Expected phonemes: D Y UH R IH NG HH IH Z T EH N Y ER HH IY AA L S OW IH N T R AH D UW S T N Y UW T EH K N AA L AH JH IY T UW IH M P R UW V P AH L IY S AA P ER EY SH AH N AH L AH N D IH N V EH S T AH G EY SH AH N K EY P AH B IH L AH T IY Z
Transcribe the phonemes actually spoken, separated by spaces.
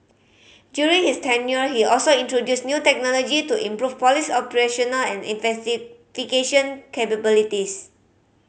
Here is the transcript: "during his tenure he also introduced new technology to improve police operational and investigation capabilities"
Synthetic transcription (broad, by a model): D Y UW R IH NG HH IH S T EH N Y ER HH IY AA L S OW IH N T R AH D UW S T N Y UW T EH K N AA L AH JH IY T UW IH M P R UW F P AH L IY S AA P ER EY SH AH N AH L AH N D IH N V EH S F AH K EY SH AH N K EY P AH B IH L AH T IY S